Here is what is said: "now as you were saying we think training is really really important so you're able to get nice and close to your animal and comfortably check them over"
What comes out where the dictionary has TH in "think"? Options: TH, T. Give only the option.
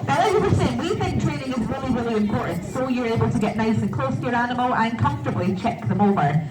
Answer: TH